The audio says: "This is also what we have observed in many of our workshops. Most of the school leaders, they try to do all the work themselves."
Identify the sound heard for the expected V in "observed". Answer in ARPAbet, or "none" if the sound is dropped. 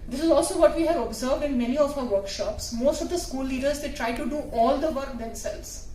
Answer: V